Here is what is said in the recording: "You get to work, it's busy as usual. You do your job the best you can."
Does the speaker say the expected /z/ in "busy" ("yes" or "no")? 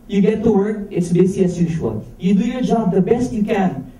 no